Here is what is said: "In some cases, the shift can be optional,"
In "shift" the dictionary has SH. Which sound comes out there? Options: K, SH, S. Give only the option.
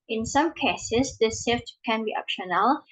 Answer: S